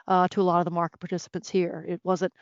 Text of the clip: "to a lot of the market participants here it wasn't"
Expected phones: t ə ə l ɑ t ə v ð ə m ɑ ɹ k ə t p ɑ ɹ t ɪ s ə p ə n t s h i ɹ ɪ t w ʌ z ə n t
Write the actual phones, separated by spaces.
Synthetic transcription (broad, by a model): t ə ə l ɑ t ə v ð ə m ɑ ɹ k ə t p ɑ ɹ t ɪ s ə p ə n t s h i ɹ ɪ t w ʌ z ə n t